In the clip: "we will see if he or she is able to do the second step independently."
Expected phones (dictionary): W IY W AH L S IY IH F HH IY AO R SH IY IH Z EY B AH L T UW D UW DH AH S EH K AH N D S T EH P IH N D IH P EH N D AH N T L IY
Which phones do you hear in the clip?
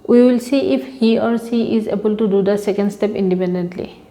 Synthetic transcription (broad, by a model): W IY W AH L S IY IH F HH IY AO R S IY IH Z EY B AH L T UW D UW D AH S EH K AH N D S T EH P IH N D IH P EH N D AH N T L IY